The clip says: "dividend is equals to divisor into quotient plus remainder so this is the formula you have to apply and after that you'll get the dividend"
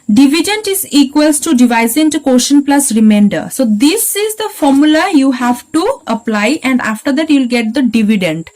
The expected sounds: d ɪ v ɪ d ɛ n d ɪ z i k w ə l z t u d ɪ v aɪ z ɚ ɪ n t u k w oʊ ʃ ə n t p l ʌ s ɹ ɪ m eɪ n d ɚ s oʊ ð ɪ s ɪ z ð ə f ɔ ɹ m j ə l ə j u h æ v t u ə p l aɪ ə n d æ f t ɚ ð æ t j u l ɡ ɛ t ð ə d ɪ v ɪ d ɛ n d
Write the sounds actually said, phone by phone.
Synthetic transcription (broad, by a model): d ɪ v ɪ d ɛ n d ɪ z i k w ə l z t u d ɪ v aɪ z ɪ n t u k oʊ ʃ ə n p l ʌ s ɹ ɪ m eɪ n d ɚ s oʊ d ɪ s ɪ z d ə f ɔ ɹ m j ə l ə j u h æ v t u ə p l aɪ ə n d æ f t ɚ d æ t j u l ɡ ɛ t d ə d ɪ v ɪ d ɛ n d